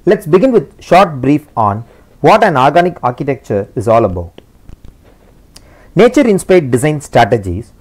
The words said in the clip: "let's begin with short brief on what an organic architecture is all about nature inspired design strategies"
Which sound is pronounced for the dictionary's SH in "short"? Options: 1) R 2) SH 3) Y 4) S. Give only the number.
2